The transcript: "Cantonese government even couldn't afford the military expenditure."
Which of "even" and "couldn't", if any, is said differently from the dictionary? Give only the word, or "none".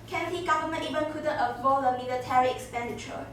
couldn't